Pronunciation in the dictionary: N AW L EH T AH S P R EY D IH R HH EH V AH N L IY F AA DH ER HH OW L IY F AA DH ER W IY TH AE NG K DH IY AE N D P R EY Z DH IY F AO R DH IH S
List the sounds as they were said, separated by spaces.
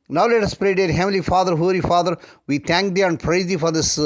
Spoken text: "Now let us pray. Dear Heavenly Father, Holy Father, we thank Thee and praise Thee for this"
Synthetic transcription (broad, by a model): N AW L EH T AH S P R EY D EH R HH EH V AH L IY F AA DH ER HH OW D IY F AA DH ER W IY T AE NG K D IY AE N D P R EY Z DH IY F AO R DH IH S